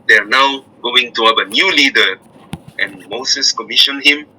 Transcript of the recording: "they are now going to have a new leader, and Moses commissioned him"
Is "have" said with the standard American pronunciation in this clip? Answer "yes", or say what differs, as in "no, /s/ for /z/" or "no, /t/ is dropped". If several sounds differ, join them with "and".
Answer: no, /p/ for /v/